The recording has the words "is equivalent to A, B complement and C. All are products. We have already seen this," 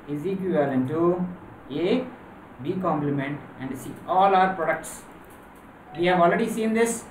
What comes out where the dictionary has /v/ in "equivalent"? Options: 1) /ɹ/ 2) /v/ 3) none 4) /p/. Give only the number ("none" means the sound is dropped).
3